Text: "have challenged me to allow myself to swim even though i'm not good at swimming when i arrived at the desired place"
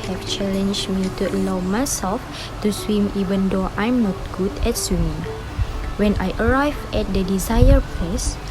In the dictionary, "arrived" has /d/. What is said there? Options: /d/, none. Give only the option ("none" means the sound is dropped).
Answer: none